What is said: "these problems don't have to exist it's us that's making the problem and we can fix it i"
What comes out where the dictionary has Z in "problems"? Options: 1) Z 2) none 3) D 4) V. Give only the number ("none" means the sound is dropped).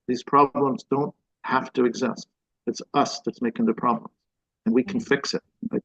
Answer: 1